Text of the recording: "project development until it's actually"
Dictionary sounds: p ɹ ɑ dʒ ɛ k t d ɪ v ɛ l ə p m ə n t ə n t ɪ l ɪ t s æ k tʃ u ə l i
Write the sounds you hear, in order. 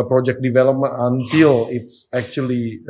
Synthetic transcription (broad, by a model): p ɹ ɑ dʒ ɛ k d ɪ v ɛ l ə p m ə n ə n t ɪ l ɪ t s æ k tʃ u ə l i